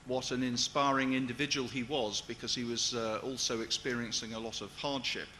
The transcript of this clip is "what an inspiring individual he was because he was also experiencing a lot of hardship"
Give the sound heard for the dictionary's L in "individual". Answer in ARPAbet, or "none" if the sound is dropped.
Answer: L